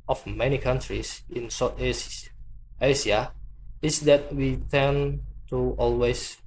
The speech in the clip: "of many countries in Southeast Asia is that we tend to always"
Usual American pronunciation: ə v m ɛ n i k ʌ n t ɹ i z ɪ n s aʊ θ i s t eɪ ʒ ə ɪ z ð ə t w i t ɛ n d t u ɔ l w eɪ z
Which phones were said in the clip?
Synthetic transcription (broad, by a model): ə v m ɛ n i k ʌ n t ɹ i s ɪ n s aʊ t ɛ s i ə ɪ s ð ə t w i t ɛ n t u ɔ l w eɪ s